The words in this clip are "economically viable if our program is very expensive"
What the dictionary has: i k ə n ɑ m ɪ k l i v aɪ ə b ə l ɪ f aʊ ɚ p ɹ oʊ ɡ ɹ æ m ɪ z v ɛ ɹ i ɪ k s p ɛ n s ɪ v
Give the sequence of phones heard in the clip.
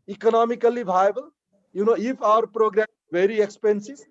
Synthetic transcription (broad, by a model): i k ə n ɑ m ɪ k l i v aɪ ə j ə n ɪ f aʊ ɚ p ɹ oʊ ɡ ɹ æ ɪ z v ɛ ɹ i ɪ k s p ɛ n s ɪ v